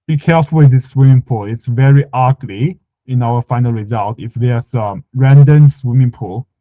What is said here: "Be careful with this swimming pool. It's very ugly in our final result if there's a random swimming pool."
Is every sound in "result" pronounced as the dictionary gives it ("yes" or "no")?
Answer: yes